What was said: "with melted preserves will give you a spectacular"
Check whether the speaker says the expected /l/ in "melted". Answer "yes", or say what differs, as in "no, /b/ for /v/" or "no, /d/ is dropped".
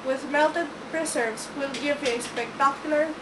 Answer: yes